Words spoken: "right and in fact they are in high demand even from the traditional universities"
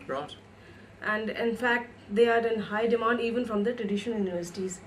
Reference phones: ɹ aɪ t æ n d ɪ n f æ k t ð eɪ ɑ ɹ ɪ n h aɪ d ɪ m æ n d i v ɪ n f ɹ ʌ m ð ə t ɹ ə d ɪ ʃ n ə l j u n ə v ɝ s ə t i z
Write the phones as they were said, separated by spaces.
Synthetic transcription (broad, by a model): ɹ t æ n d ɪ n f æ k t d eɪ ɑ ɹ ɪ n h aɪ d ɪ m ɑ n d i v ɪ n f ɹ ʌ m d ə t ɹ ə d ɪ ʃ ə n j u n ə v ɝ s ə t i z